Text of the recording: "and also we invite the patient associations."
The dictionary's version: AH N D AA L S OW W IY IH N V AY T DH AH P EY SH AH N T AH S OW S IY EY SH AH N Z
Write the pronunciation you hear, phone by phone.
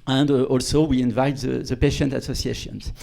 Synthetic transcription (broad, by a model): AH N D AA L S OW W IY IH N V AY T DH AH P EY SH AH N T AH S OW S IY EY SH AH N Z